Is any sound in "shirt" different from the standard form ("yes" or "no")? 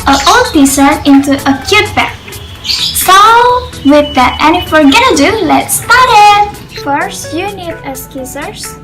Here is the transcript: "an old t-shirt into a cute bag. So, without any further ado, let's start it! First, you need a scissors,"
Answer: yes